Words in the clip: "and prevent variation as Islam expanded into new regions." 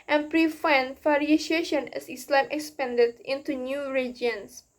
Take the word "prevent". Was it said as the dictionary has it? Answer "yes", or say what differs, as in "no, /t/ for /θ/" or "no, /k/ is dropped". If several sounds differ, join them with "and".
no, /f/ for /v/